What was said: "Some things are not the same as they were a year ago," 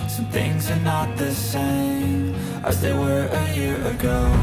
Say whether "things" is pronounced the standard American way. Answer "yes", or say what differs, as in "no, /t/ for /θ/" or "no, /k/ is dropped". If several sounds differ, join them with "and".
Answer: yes